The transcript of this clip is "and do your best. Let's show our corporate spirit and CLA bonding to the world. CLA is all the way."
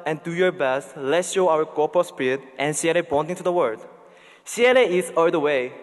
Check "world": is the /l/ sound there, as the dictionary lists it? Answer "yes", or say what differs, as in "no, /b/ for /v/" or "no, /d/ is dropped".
no, /l/ is dropped